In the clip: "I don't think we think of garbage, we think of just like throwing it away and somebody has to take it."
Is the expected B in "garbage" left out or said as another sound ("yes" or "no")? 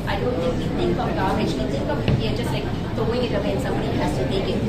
yes